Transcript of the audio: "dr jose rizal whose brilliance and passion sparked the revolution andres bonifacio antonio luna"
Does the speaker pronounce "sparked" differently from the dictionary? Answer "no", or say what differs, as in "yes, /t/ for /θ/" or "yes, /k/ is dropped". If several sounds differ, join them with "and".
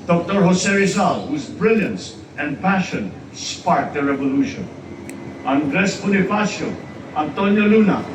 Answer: yes, /k/ is dropped